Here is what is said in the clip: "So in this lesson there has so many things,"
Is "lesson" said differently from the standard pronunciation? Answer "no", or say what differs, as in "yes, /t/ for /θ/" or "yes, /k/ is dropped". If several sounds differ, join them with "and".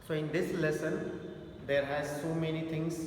no